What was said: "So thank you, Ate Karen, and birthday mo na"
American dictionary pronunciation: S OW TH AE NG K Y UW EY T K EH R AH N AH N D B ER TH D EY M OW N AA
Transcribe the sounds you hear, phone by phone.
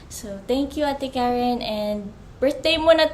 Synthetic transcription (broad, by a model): S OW T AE NG K Y UW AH T K EH R AH N AH N D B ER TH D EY M OW N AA